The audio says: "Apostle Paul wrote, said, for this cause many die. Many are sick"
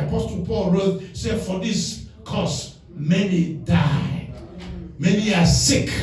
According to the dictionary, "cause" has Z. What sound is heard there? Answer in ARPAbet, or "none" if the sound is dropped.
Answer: S